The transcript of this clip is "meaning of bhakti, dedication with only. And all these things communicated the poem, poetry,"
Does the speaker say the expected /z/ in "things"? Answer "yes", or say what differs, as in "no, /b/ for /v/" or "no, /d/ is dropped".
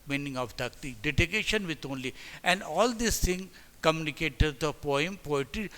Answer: no, /z/ is dropped